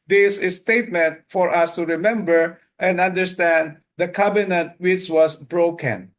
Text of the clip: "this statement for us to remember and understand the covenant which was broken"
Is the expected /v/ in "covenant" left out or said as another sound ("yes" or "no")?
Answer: yes